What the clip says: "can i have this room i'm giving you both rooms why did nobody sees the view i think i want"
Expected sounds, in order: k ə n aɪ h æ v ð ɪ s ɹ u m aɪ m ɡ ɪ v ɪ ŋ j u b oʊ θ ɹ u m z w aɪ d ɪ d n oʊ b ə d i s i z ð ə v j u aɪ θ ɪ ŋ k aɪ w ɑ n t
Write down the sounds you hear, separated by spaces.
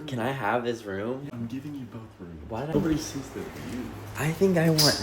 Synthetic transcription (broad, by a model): k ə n aɪ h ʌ v ð ɪ s ɹ u m aɪ m ɡ ɪ v ɪ ŋ j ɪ b oʊ θ ɹ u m w aɪ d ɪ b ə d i s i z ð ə f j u aɪ θ ɪ ŋ k aɪ w ɑ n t